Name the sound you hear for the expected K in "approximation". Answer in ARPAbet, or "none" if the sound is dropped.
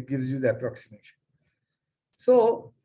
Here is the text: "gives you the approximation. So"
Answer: K